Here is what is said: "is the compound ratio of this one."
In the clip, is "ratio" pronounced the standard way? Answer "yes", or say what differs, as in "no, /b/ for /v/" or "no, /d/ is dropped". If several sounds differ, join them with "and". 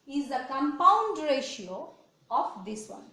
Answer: yes